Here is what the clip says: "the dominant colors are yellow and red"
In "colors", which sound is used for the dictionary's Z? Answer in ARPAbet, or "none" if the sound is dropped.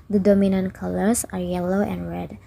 S